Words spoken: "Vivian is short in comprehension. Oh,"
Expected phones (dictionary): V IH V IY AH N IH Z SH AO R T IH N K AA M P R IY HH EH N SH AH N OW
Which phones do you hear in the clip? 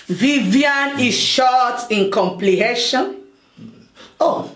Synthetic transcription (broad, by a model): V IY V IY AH N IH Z SH AO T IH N K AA M P L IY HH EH SH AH N OW